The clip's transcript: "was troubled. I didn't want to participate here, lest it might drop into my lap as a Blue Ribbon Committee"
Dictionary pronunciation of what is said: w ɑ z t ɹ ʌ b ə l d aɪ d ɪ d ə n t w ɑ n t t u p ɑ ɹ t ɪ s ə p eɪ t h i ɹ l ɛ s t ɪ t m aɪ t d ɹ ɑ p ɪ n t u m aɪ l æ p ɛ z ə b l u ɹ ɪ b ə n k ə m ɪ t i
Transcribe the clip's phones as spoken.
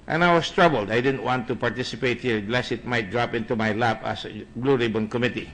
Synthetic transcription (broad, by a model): w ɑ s t ɹ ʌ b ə l d aɪ d ɪ d ə n t w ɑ n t t u p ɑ ɹ t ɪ s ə p eɪ t h i ɹ l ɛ s ɪ t m aɪ t d ɹ ɑ p ɪ n t u m aɪ l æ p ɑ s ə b l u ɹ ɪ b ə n k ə m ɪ t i